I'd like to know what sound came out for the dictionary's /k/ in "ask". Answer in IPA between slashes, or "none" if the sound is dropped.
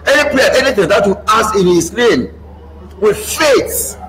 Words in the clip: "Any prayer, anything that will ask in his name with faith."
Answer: none